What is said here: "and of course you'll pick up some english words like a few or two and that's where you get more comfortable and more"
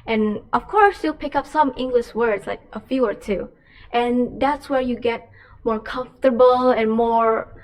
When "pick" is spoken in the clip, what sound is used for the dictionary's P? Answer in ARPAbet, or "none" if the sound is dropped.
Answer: P